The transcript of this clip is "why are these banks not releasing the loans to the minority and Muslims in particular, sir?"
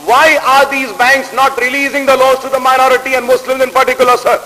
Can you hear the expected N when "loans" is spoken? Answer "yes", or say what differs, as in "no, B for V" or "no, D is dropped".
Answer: no, N is dropped